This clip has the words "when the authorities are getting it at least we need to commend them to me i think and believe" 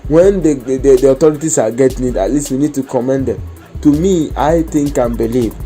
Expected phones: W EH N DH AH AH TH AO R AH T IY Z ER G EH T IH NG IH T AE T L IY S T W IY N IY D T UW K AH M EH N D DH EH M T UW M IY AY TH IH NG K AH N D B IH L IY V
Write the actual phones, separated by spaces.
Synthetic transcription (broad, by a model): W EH N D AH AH T AO R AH T IY S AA G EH T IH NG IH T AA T L IY S T W IY N IY D T UW K AH M EH N D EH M T UW M IY AY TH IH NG K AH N B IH L IY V